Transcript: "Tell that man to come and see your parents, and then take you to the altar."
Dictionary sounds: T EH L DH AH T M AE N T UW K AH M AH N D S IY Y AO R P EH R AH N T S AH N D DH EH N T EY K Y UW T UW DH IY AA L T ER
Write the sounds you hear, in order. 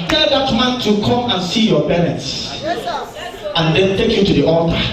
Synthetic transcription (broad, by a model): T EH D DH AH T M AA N T UW K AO M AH N S IY Y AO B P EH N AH T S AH N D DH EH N T EY K Y UW T UW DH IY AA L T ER